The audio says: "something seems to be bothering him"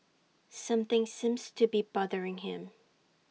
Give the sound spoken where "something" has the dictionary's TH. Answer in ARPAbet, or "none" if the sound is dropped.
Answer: TH